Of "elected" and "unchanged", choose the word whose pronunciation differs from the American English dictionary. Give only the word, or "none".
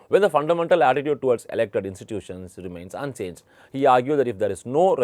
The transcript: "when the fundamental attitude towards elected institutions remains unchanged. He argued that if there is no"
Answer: unchanged